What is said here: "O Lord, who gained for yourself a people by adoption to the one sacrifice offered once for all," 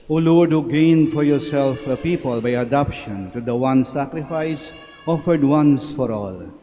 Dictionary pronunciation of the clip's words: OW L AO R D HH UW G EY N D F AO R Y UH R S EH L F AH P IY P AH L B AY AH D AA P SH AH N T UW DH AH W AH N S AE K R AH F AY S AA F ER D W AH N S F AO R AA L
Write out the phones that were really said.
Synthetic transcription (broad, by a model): OW L AO R D HH UW G EY N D F AO R Y UH R S EH L F AH P IY P AH L B AY AH D AA P SH AH N T UW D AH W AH N S AE K R AH F AY S AA F ER D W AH N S F AO R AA L